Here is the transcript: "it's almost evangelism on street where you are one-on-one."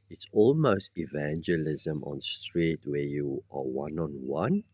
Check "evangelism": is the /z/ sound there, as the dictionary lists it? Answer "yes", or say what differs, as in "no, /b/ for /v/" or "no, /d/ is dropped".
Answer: yes